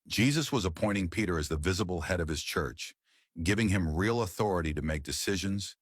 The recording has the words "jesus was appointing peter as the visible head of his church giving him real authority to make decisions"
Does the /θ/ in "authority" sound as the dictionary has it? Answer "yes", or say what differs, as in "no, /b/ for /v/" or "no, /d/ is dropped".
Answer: yes